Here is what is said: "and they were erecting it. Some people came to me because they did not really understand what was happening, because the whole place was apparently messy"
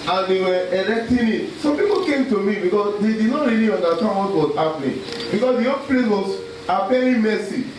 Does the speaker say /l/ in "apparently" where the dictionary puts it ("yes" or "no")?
no